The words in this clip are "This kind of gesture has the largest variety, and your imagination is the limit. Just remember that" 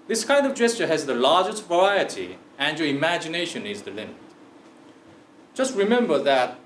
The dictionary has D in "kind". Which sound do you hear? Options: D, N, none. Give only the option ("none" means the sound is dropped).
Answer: D